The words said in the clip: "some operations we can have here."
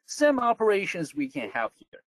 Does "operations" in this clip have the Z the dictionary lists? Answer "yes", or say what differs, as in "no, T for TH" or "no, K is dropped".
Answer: yes